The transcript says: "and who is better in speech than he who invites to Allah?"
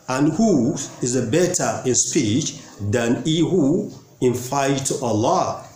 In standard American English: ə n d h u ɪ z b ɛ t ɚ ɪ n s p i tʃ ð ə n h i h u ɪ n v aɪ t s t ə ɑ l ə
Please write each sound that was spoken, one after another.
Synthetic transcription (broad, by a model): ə n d h u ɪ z b ɛ t ɚ ɪ n s p i tʃ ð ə n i h u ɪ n f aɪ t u t ə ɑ l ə